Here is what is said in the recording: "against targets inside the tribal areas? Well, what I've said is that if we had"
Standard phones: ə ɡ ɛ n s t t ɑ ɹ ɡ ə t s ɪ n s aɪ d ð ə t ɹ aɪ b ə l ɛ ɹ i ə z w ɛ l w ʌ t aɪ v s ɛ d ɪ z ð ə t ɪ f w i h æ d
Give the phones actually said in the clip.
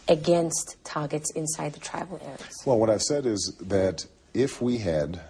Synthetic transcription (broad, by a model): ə ɡ ɛ n s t t ɑ ɹ ɡ ə t s ɪ n s aɪ d ð ə t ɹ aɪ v l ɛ ɹ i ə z w ɛ l w ʌ t aɪ v s ɛ d ɪ z ð ə t ɪ f w i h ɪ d